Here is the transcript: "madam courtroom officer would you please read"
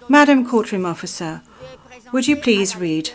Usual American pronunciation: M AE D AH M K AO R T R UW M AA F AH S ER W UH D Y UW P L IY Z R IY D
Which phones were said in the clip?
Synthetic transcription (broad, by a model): M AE D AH M K AO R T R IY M AA F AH S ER W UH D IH P L IY Z R IY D